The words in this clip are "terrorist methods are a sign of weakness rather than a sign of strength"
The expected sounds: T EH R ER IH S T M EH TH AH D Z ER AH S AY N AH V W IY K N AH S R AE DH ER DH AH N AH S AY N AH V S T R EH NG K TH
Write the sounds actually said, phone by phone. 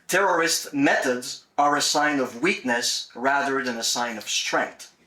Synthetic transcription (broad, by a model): T EH R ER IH S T M EH TH AH D Z ER AH S AY N AH V W IY K N AH S R AE DH ER DH AH N AH S AY N AH V S T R EH NG K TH